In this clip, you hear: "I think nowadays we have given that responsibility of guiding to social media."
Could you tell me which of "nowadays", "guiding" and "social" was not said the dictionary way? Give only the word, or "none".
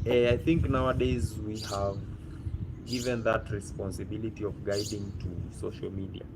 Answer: none